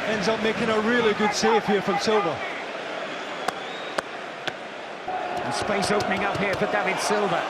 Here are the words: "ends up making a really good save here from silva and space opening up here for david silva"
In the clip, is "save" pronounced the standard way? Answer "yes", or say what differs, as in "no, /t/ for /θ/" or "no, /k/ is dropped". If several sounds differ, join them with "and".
no, /f/ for /v/